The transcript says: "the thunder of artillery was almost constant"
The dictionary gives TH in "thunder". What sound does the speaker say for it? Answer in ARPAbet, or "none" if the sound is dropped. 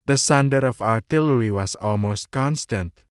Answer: S